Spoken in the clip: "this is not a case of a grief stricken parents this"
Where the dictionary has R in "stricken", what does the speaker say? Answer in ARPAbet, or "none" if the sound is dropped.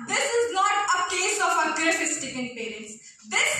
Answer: none